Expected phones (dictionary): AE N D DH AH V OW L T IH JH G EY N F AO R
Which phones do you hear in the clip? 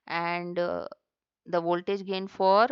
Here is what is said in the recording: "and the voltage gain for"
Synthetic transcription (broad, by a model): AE N D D AH V OW L T IH JH G EY N F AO R